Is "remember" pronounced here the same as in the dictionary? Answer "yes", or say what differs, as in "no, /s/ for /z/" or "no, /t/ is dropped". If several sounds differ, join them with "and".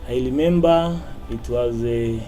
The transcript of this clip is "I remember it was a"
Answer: no, /l/ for /ɹ/